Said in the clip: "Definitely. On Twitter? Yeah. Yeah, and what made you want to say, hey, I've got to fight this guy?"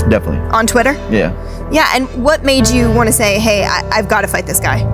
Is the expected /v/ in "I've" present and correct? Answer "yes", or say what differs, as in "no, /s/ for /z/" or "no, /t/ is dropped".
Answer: yes